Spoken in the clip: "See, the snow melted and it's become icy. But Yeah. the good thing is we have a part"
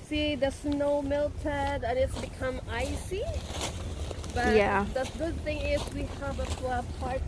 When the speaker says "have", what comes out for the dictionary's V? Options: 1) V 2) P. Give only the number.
2